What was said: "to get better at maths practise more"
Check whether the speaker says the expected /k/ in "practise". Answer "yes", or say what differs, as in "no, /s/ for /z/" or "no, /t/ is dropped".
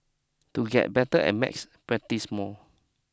no, /k/ is dropped